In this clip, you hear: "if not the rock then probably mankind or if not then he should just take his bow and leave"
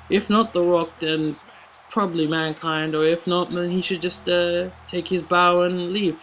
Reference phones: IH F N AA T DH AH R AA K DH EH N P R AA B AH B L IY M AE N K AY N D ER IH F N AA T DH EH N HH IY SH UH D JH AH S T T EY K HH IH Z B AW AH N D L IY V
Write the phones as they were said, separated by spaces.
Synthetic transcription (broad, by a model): IH F N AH T DH AH R AA K DH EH N P R AA B AH B L IY M AE N K AY N D ER IH F N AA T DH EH N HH IY SH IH D JH AH S T T EY K HH IH Z B AW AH N L IY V